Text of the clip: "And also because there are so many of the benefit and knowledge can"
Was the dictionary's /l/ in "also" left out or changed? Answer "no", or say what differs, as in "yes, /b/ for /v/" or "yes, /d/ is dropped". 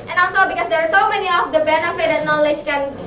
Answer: yes, /l/ is dropped